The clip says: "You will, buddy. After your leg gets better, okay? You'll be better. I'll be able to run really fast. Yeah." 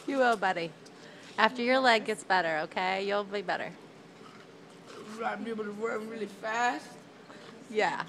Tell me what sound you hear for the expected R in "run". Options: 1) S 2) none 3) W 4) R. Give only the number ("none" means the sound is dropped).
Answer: 3